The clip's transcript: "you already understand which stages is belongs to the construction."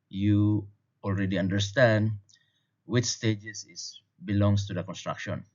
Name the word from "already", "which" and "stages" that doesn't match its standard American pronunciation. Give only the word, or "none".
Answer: stages